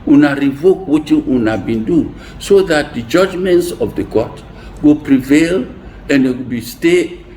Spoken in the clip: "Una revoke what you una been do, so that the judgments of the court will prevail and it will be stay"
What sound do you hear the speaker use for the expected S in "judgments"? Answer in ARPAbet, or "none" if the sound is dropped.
S